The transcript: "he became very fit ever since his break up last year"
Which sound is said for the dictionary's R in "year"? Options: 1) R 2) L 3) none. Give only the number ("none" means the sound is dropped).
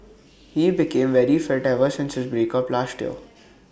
2